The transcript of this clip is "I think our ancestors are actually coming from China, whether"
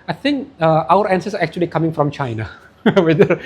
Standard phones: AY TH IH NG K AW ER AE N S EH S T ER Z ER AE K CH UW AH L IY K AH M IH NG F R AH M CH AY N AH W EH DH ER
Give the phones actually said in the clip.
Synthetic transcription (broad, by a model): AY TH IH NG K AW ER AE N S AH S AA ER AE K CH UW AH L IY K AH M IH NG F R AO M CH AY N AH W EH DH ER